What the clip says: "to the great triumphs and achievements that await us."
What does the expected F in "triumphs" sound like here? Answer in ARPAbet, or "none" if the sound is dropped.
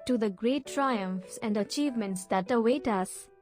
F